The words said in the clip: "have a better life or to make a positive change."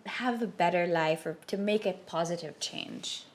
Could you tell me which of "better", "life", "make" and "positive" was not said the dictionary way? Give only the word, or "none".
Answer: none